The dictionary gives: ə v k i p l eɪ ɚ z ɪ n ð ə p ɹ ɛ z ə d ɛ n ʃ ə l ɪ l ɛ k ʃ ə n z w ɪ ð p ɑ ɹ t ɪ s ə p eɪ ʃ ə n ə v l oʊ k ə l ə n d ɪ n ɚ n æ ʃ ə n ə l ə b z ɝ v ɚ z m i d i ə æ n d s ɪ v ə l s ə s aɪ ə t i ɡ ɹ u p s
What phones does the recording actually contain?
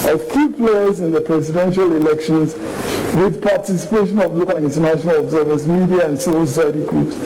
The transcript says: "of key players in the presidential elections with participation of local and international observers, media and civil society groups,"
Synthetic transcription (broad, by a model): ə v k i p l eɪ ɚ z ɪ n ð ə p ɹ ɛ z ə d ɛ n ʃ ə l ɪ l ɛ k ʃ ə n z w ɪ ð p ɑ t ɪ s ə p eɪ ʃ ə n ə v l oʊ k ə l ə n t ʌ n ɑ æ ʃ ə n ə l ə b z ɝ v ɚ s m i d i ə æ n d s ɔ ə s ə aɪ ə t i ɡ ɹ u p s